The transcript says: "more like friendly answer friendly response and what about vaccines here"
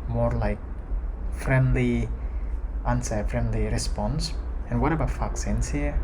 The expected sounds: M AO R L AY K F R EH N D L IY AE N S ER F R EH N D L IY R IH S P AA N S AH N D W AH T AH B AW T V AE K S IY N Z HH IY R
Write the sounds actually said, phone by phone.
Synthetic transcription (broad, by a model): M AO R L AY K F R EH N D L IY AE N S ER F R EH N D L IY R IH S P AA N S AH N W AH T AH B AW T F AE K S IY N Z HH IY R